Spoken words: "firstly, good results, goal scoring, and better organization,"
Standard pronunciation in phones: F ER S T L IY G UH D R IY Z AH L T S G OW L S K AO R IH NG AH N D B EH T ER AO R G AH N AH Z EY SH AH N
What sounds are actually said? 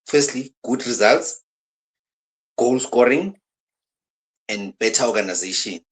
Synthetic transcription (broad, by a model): F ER S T L IY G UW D R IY Z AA L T S G OW L S K AO R IH NG AH N D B EH T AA AO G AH N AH Z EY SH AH N